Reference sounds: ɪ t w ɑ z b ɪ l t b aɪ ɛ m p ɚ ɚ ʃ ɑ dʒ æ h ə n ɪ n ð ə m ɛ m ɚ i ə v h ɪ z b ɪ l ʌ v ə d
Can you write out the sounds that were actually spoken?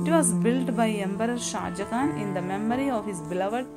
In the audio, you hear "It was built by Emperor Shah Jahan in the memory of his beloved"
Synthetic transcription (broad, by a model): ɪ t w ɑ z b ɪ l t b aɪ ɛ m b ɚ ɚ ʃ ɑ dʒ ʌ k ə n ɪ n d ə m ɛ m ɚ i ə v h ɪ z b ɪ l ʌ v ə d